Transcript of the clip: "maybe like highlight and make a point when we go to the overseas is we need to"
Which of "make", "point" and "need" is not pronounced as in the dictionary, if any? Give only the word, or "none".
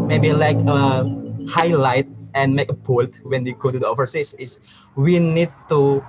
point